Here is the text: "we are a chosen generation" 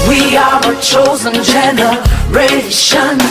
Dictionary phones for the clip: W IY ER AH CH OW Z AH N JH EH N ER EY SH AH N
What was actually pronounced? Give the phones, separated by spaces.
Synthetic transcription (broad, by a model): W IY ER AH CH OW Z AH N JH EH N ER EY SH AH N